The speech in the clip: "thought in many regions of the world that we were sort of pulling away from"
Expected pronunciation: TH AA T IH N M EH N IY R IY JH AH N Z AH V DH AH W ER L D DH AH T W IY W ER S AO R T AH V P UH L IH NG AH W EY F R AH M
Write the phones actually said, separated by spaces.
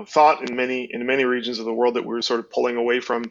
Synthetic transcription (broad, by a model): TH AA T IH N M EH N IY R IY JH AH N Z AH V DH AH W ER L D DH AH T W IY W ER S AO R T AH V P UH L IH NG AH W EY F R AH M